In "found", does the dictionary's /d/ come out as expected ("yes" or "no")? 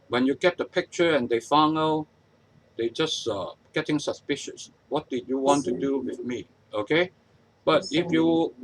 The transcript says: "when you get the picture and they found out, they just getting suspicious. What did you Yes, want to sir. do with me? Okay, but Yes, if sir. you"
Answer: no